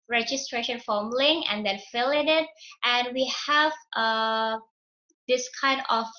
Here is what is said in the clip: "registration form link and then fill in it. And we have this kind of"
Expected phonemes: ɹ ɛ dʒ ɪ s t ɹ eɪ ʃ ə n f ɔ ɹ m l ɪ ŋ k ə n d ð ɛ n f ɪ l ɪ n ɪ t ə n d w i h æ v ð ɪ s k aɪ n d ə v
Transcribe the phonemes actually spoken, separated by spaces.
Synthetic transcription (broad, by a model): ɹ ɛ dʒ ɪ s t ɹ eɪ ʃ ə n f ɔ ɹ m l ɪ ŋ ə n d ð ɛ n f ɪ l ɪ n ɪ t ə n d w i h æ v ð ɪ s k aɪ n d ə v